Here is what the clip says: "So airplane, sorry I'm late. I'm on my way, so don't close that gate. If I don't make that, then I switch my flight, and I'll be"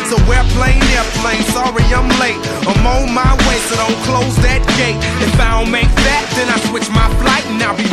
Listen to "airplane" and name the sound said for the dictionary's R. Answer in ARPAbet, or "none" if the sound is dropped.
L